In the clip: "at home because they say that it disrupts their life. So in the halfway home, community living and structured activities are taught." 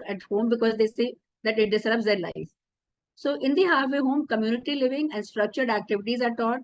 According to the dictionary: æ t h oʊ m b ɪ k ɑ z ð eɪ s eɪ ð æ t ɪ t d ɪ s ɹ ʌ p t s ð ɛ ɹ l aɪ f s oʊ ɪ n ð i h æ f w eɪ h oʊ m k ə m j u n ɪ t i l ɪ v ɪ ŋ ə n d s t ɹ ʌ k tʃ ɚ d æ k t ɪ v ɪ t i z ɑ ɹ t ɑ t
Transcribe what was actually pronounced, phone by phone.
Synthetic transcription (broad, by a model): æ t h oʊ m b ɪ k ɑ z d eɪ s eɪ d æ t ɪ t d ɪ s l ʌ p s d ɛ ɹ l aɪ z s oʊ ɪ n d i h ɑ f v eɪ h oʊ m k ə m j u n ɪ t i l ɪ v ɪ ŋ ə n d s t ɹ ʌ k tʃ ɚ d æ k t ɪ v ɪ t i z ɑ ɹ t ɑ t